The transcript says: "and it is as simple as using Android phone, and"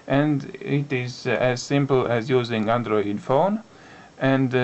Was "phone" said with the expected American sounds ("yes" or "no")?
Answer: yes